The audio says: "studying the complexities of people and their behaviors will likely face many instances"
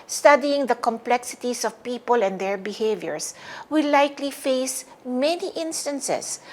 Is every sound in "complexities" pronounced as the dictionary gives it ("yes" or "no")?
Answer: no